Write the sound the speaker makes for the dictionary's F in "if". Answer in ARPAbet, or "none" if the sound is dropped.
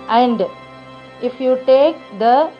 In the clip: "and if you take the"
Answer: F